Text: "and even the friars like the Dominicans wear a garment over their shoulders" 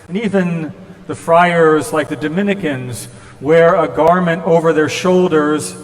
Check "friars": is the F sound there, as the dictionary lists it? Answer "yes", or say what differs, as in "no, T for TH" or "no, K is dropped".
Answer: yes